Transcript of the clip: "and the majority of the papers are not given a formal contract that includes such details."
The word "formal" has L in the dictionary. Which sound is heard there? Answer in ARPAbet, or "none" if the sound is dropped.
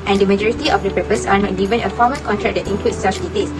N